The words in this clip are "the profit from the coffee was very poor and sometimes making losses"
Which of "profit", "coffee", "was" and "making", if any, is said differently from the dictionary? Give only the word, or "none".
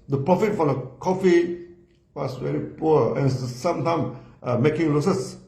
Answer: was